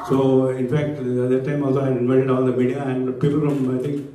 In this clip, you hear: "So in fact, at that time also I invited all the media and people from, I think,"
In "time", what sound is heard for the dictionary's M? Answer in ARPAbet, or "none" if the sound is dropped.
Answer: M